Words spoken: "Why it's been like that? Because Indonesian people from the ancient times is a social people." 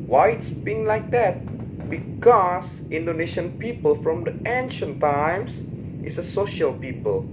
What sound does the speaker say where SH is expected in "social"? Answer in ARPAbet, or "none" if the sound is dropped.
SH